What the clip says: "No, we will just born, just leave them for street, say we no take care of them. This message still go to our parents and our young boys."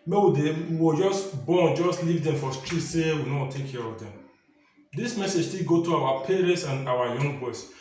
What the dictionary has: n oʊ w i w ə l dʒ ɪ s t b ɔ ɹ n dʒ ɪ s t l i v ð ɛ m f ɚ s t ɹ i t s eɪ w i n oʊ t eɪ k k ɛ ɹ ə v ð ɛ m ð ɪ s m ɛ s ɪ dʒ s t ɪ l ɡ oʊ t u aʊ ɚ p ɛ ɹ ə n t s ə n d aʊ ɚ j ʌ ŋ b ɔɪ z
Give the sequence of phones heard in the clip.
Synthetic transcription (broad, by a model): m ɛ w i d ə w dʒ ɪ s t b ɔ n dʒ ɪ s t l i v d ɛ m f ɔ s t ɹ i t s eɪ w i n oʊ t eɪ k k ɛ ɹ ə v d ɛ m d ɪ s m ɛ s ɪ dʒ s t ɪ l ɡ oʊ t u aʊ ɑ p ɛ ɹ ə n t s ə n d aʊ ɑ j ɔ ŋ b ɔɪ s